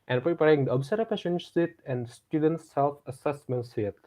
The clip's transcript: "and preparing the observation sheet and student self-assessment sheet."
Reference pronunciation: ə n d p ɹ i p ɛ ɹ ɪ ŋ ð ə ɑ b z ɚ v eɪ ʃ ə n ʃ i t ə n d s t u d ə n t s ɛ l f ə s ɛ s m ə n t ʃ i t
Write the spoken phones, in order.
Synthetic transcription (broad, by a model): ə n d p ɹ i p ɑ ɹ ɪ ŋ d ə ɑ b s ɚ p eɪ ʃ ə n s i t ə n d s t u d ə n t s ɛ l f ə s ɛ s m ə n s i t